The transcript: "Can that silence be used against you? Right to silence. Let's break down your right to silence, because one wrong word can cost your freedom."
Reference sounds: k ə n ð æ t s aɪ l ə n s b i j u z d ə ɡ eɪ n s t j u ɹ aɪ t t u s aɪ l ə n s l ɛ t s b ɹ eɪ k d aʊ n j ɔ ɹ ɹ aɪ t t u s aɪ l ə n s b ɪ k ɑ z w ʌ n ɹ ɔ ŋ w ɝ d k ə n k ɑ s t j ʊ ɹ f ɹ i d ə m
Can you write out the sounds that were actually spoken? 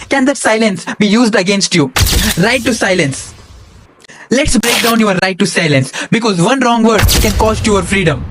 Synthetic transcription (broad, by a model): k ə n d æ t s aɪ l ə n s b i j u z d ə ɡ eɪ n s t j u ɹ aɪ t t u s aɪ l ə n s l ɛ t s b ɹ eɪ k d aʊ n j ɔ ɹ ɹ aɪ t t u s aɪ l ə n s b ɪ k ɑ z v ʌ n ɹ ɔ ŋ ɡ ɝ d k ə n k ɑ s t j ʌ ɹ f ɹ i d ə m